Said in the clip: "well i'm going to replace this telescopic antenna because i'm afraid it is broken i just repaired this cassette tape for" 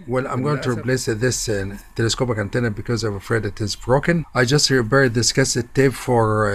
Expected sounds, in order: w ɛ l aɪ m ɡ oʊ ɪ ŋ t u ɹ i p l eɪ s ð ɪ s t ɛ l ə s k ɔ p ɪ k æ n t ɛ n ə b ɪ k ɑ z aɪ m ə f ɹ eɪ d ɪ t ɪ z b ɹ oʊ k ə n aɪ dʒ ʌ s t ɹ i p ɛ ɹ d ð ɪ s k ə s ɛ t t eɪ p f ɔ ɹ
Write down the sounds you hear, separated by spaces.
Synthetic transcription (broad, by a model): w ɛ l aɪ m ɡ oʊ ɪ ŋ t u ɹ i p l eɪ s ð ɪ s t ɛ l ə s k ɔ p ɪ k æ n t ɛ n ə b ɪ k ɑ z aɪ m ə f ɹ eɪ d ɪ t ɪ z b ɹ oʊ k ə n aɪ dʒ ʌ s t ɹ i b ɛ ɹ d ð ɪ s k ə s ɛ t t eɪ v f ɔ ɹ